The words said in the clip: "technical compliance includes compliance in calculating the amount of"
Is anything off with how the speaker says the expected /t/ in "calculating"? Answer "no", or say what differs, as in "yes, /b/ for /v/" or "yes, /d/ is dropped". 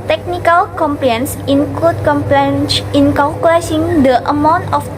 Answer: yes, /s/ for /t/